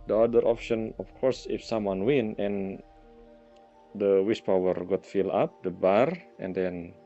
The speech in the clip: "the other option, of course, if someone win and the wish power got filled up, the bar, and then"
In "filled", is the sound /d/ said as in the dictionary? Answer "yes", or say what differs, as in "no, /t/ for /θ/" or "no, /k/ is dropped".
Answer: no, /d/ is dropped